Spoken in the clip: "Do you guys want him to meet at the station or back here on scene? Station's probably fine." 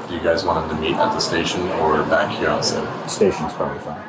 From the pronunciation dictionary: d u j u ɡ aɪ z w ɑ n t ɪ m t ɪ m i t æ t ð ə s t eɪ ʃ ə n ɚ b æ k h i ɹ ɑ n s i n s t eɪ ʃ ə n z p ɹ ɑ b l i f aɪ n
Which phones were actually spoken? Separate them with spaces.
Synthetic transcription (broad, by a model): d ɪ j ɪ ɡ aɪ z w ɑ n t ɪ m t ɪ m i t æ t ð ə s t eɪ ʃ ə n ɚ b æ k h i ɹ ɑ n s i s t eɪ ʃ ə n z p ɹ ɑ l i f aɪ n